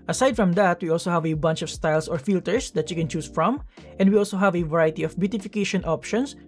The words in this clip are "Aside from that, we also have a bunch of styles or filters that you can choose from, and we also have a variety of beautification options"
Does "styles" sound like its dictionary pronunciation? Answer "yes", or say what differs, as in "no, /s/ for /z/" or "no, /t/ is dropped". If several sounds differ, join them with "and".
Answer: no, /s/ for /z/